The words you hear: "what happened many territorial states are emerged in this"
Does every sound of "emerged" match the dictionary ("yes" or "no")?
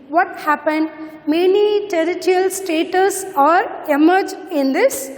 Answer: no